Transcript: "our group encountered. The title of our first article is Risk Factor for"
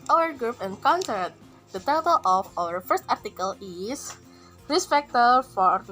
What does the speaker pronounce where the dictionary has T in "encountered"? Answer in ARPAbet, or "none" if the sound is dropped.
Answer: S